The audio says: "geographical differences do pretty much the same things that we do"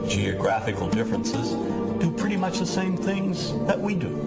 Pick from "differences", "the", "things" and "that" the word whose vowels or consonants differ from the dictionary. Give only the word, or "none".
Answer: none